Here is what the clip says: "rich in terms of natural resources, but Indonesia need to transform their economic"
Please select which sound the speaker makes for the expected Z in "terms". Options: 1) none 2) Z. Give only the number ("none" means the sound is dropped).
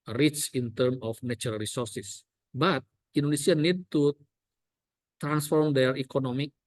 1